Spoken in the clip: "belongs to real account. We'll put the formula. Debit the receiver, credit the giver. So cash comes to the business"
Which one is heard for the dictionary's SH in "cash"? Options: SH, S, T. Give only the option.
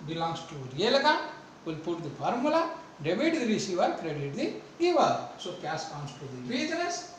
S